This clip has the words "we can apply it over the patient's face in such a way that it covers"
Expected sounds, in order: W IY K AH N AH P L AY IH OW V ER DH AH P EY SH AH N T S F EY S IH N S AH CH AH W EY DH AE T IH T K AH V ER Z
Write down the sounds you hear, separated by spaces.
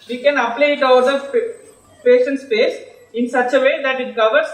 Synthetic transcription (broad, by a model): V IY K AH N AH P L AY IH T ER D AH P EY SH AH N T S P EY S IH N S AH CH AH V EY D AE T IH T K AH V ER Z